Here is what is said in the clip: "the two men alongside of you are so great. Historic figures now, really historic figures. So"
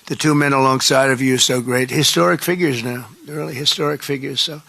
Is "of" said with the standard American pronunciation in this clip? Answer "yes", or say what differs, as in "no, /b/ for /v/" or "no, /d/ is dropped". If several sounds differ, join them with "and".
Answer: yes